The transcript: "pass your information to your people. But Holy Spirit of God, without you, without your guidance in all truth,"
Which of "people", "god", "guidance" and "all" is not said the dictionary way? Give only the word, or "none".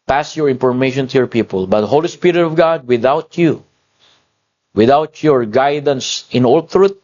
none